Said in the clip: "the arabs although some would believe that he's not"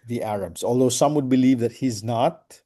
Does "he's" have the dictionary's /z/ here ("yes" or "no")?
yes